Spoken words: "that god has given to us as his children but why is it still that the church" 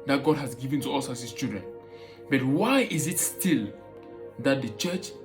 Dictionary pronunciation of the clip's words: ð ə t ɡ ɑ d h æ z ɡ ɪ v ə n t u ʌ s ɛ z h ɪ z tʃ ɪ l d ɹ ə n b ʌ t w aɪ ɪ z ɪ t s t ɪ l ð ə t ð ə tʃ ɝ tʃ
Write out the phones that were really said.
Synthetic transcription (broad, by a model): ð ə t ɡ ɑ d h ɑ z ɡ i v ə n t u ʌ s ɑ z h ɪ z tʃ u d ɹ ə n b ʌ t w aɪ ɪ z ɪ t s t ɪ l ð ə t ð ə tʃ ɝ tʃ